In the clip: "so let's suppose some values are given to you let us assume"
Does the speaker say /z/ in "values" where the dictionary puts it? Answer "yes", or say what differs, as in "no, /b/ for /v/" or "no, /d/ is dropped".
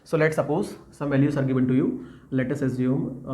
no, /s/ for /z/